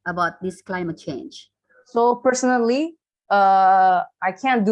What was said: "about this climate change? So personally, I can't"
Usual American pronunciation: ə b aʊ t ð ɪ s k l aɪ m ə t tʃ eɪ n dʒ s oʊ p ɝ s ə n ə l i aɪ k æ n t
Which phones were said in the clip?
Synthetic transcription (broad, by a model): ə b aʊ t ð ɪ s k l aɪ m ə t tʃ eɪ n dʒ s oʊ p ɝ s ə n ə l i aɪ k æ n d